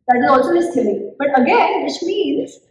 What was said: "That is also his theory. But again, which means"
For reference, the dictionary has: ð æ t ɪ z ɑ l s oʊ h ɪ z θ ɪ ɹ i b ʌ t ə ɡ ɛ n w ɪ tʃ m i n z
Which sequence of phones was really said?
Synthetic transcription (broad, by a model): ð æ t ɪ z ɑ l s oʊ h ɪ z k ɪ l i b ʌ t ə ɡ ɛ n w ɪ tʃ m i n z